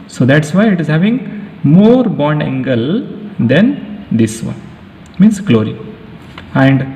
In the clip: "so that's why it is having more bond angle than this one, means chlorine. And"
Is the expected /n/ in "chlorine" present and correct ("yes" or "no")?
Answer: no